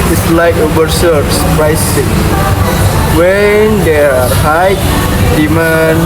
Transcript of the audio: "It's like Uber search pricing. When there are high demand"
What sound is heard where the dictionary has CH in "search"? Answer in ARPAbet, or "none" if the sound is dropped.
S